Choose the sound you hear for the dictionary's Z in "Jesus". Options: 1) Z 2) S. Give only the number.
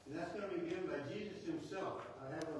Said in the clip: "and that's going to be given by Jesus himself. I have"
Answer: 1